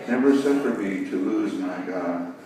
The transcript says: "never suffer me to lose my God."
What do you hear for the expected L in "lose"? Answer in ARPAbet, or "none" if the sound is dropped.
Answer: L